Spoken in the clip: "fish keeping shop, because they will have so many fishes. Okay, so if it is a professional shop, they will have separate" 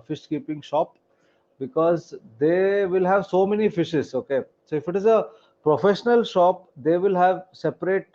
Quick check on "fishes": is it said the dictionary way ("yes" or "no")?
yes